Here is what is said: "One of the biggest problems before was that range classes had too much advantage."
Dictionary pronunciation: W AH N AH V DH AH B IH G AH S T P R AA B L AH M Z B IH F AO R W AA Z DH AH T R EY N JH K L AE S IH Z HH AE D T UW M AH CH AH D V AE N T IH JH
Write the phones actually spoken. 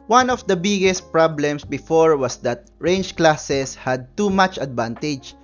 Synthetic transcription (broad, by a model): W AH N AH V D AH B IH G AH S T P R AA B L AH M S B IH F AO R W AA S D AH T R EY N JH K L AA S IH S HH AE D T UW M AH CH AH D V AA N T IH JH